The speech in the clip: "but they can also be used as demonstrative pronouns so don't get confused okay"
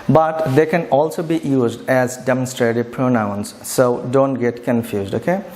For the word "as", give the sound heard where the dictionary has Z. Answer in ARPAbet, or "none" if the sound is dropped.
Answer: Z